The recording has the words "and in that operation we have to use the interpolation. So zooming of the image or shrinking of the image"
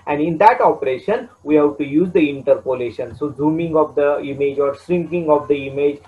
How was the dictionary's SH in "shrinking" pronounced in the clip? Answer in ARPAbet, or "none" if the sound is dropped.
S